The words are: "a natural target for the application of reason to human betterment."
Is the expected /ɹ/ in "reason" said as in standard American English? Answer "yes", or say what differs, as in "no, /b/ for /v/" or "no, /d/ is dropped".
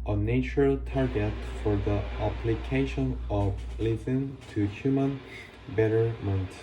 no, /l/ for /ɹ/